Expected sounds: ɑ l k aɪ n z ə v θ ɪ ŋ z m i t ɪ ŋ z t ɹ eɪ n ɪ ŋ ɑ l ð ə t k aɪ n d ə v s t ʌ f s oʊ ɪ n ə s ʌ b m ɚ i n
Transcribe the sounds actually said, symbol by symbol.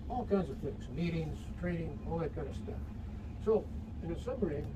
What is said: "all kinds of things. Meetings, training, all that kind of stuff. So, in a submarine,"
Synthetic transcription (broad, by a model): ɑ l k aɪ n z ə v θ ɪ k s m i t ɪ ŋ z t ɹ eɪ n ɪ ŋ ɑ l ð ə t k aɪ n d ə s t ʌ f s oʊ ɪ n ə s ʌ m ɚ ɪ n